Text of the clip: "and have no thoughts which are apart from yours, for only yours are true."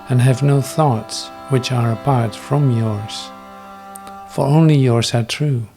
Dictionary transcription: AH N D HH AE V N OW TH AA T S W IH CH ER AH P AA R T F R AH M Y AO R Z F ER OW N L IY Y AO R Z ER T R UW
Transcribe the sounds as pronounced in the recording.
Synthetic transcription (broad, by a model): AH N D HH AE V N OW TH AA T S W IH CH ER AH P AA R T F R AH M Y AO R Z F ER OW N L IY Y AO R Z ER T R UW